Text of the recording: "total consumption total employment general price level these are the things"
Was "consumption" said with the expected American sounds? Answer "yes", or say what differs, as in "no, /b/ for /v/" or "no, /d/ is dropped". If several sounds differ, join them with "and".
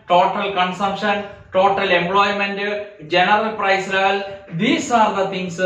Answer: yes